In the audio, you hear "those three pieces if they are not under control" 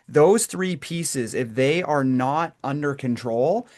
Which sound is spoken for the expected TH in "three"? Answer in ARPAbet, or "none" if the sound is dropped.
TH